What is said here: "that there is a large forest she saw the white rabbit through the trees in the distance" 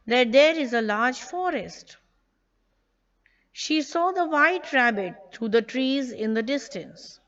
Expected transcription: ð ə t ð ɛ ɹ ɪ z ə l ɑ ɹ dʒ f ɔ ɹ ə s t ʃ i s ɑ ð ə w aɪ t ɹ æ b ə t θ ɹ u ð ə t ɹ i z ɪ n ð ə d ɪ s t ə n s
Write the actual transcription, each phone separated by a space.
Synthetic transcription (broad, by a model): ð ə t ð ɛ ɹ ɪ z ə l ɑ ɹ dʒ f ɔ ɹ ə s t ʃ i s ɑ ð ə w aɪ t ɹ æ b ə t t ɹ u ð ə t ɹ i z ɪ n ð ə d ɪ s t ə n s